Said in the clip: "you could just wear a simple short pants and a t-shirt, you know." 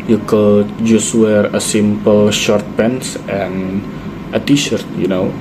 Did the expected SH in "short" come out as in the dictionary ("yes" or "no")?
yes